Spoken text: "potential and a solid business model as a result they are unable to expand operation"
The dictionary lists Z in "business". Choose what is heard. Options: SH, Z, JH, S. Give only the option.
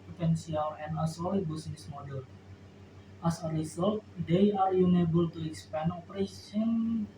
S